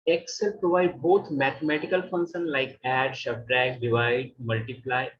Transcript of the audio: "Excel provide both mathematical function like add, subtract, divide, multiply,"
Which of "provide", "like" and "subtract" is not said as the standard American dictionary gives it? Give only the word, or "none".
subtract